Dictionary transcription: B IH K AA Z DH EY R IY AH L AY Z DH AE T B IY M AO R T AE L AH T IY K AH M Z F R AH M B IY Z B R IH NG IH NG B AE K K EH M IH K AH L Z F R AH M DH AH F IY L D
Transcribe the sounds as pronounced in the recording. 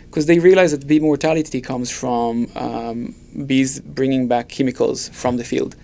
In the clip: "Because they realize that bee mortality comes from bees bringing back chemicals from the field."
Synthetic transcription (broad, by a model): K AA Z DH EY R IY AH L AY Z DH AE T B IY M AO R T AE L AH T IY K AH M Z F R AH M B IY Z B R IH NG IH NG B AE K K EH M IH K AH L Z F R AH M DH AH F IY L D